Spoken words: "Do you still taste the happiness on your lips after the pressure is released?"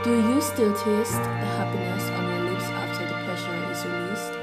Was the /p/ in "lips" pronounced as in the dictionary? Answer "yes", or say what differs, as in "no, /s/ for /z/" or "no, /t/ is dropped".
no, /p/ is dropped